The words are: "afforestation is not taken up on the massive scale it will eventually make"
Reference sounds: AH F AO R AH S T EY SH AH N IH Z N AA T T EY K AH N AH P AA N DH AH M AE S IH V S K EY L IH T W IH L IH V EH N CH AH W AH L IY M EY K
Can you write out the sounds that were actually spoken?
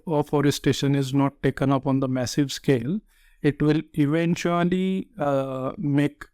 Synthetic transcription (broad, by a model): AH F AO R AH S T EY SH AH N IH Z N AA T T EY K AH N AH P AA N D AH M AE S IH V S K EY L IH T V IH L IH V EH N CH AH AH L IY M EY K